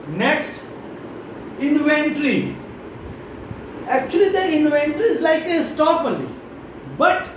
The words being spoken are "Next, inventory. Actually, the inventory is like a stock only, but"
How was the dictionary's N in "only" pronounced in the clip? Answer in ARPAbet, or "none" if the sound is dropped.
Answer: none